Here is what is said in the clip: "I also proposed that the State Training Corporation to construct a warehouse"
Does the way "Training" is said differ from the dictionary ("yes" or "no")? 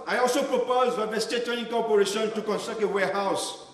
yes